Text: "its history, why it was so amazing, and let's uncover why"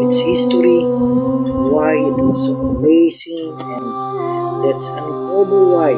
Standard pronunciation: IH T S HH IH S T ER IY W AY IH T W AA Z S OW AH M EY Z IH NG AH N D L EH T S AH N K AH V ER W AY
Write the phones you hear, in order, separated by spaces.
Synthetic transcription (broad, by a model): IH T S HH IH S T ER IY W AY IH T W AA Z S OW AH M EY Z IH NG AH N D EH T S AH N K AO B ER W AY